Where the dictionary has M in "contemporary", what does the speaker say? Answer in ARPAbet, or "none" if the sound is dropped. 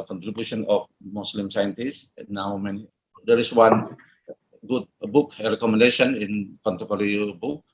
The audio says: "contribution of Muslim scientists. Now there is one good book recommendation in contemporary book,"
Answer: none